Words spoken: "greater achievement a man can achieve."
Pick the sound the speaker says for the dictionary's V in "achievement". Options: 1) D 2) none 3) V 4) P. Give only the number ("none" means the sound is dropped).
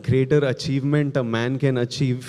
3